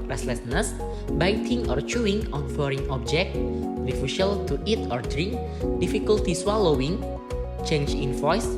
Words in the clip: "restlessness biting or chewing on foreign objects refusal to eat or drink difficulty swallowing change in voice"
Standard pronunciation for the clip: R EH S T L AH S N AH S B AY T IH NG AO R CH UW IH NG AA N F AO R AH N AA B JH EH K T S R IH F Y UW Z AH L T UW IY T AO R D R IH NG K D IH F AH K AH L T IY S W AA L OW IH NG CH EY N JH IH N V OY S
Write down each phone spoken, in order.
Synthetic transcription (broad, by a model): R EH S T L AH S N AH S B AY T IH NG AO R CH UW IH NG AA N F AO R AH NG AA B JH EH K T R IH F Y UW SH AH L T UW IY T AO R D R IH NG K D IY F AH K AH L T IY S W AA L OW IH NG CH EY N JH IH N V OY S